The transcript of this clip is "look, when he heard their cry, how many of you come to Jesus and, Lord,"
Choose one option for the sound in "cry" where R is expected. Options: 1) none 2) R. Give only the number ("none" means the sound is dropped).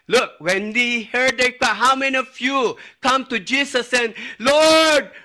1